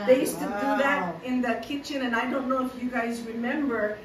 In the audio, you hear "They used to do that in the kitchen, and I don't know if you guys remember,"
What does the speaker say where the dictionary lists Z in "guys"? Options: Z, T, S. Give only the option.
Z